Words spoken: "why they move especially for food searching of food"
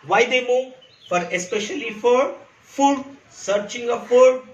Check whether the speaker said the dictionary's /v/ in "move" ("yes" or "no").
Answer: no